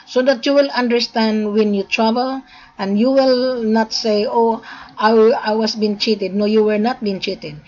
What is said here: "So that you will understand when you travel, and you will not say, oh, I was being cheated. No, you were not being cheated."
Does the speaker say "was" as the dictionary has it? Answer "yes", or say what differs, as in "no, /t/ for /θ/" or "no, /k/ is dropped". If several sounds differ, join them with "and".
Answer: no, /s/ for /z/